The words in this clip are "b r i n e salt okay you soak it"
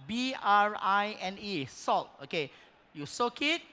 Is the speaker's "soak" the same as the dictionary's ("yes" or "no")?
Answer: yes